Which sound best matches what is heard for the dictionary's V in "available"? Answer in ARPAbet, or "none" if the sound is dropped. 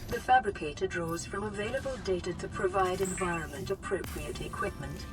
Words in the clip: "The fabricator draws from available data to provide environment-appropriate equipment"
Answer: V